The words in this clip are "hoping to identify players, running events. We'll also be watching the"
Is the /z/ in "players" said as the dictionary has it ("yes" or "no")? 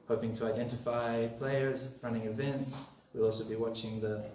yes